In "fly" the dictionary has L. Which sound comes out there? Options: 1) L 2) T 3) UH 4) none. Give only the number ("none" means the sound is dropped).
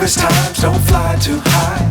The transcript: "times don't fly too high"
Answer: 1